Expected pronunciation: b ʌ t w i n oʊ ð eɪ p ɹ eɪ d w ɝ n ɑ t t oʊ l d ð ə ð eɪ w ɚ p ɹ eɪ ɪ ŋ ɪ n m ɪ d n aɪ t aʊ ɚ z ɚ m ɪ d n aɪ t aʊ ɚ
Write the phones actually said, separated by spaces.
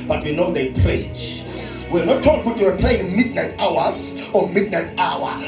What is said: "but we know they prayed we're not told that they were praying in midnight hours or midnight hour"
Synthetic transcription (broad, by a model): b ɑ t w i n oʊ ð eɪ p ɹ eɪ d w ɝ n ɑ t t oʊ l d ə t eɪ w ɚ p ɹ eɪ ɪ ŋ m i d n aɪ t aʊ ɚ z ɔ m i d n aɪ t aʊ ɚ